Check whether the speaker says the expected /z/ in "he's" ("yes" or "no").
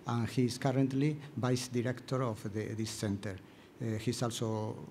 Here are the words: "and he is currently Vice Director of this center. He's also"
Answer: no